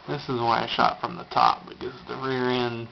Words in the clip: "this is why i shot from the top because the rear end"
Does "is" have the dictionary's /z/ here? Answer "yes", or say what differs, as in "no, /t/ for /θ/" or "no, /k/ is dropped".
yes